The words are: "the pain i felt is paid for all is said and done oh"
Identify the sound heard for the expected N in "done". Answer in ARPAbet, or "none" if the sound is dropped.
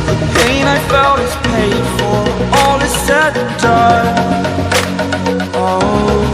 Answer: none